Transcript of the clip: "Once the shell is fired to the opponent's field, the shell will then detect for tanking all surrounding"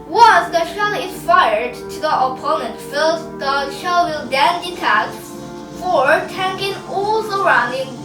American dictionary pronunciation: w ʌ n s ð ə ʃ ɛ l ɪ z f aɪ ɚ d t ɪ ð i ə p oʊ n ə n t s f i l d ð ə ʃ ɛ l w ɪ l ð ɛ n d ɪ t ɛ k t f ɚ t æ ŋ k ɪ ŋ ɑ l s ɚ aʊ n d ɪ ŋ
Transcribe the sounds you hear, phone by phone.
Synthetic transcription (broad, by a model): w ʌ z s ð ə ʃ ɛ l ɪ f aɪ ɚ d t ɪ ð i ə p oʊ n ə n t f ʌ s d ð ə ʃ ɛ l w ɪ l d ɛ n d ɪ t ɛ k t f ɚ t æ ŋ k ɪ ŋ ɑ l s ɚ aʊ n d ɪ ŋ